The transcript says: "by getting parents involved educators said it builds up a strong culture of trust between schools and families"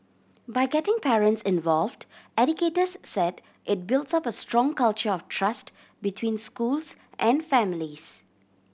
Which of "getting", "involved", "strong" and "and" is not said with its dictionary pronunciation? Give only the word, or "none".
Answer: none